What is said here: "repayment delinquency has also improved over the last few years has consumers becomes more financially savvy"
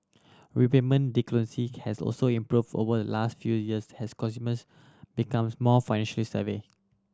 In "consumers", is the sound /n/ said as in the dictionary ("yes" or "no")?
no